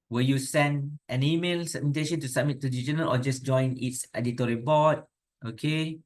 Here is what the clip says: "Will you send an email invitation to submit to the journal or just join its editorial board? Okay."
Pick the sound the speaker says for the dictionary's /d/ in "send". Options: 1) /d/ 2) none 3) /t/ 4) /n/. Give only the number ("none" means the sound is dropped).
1